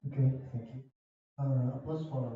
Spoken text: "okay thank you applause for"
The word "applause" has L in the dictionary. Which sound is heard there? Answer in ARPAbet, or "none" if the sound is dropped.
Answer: none